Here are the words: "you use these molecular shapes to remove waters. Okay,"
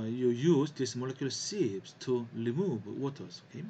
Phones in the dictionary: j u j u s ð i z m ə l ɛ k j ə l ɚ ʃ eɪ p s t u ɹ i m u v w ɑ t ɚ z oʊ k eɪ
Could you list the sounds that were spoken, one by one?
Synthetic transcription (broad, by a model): j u j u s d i s m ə l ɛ k j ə l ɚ s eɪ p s t u l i m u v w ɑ t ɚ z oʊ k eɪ